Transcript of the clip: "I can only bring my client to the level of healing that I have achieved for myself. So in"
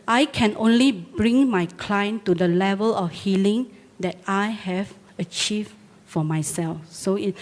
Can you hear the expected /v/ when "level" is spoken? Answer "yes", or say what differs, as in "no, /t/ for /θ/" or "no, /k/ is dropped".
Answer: yes